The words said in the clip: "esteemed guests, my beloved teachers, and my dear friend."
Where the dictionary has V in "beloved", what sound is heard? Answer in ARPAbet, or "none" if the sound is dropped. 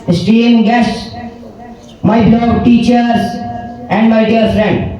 none